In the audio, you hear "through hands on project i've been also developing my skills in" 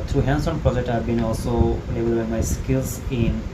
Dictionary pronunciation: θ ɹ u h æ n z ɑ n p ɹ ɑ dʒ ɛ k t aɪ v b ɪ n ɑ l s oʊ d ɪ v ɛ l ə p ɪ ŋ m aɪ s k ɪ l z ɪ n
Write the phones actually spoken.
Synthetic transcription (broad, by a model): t ɹ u h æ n s ɑ n p ɹ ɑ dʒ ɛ k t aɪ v b ɪ n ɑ l s oʊ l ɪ b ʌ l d b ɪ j m aɪ s k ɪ l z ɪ n